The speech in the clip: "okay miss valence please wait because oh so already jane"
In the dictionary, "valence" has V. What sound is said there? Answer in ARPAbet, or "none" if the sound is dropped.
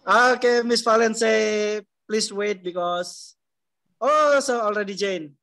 F